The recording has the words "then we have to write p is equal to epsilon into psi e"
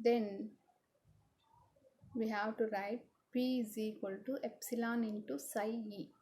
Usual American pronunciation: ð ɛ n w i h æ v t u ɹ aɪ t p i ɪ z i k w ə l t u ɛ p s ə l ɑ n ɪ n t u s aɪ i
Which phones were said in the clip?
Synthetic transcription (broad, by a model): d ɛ n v i h æ v t u ɹ aɪ t p i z i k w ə l t u ɛ p s ə l ɑ n ɪ n t u s aɪ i